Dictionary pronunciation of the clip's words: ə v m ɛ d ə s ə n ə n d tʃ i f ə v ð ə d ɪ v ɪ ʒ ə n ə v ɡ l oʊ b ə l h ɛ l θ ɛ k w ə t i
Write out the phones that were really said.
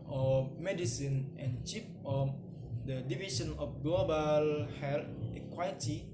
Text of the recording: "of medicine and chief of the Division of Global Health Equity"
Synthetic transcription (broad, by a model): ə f m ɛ d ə s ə n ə n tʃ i p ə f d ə d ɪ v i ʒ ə n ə f ɡ l oʊ b ə l h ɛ l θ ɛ k w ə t i